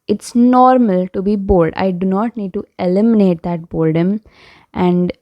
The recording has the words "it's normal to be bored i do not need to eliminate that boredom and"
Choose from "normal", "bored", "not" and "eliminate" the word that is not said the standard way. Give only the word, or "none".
bored